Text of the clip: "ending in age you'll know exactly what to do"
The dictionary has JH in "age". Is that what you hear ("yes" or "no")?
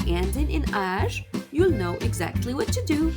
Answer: no